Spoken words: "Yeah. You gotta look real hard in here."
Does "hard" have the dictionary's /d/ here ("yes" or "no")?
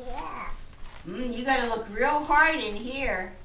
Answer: yes